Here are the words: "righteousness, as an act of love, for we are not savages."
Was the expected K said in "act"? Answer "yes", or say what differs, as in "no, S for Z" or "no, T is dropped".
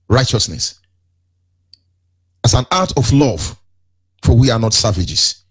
no, K is dropped